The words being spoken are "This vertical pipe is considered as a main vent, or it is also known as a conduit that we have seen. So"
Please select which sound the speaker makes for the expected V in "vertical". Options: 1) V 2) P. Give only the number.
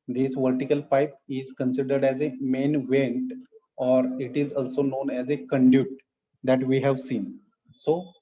1